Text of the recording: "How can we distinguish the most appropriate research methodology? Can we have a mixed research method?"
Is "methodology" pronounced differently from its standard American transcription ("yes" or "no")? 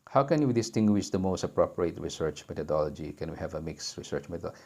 yes